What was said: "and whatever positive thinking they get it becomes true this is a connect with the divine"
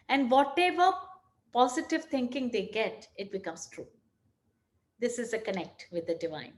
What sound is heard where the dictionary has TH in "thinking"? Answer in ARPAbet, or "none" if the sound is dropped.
T